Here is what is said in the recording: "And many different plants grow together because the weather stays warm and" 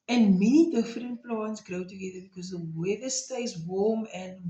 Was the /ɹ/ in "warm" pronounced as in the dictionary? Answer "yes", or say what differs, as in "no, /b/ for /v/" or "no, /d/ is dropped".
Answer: no, /l/ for /ɹ/